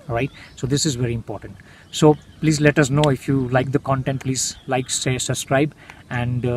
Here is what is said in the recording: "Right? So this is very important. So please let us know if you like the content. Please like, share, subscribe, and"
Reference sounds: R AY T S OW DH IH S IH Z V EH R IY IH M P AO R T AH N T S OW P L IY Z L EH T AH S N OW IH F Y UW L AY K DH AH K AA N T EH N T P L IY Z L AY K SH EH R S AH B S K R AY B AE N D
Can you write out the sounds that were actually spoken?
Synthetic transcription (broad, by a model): R AY T S OW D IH S IH Z V EH R IY IH M P AO R T AH N T S OW P L IY Z L EH T AH S N OW IH F Y UW L AY K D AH K AA N T EH N T P L IY Z L AY K S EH S AH B S K R AY B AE N D